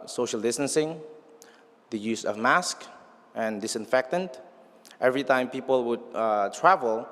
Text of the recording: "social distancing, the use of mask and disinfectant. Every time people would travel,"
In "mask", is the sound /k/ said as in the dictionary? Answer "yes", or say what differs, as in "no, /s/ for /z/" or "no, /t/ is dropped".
yes